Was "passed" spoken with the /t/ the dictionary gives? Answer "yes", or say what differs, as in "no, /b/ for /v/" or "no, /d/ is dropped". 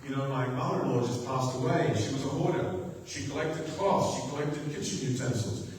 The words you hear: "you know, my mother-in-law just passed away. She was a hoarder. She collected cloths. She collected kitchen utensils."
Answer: yes